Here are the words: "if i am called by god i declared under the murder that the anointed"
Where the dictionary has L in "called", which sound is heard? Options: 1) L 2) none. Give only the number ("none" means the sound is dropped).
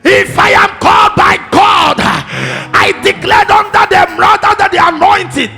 1